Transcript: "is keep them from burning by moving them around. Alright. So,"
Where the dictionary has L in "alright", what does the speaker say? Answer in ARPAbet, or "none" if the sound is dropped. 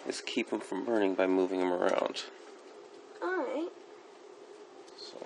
none